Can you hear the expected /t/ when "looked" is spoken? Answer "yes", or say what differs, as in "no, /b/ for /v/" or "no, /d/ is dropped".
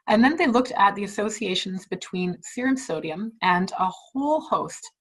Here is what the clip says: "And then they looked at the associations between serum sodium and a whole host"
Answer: yes